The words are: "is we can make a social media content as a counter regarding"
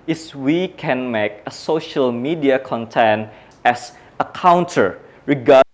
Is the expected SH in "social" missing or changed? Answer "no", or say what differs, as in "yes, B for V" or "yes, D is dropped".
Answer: no